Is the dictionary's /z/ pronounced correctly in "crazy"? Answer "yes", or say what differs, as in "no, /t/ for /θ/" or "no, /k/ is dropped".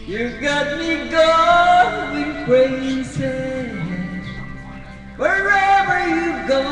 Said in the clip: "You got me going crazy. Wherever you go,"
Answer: no, /s/ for /z/